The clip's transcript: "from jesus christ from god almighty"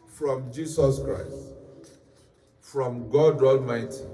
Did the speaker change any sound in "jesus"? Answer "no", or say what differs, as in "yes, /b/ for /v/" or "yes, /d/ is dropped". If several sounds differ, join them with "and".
yes, /s/ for /z/